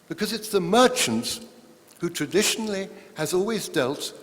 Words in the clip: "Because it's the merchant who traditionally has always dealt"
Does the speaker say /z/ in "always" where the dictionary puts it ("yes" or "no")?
yes